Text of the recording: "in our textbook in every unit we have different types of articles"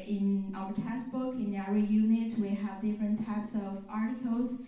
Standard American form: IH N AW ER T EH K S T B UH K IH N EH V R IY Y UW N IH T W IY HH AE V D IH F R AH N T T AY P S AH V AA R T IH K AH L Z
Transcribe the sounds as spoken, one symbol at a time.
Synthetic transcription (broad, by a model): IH N AW ER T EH S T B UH K IH N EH R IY Y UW N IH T W IY HH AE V D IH F R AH N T T AY P S AH V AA R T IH K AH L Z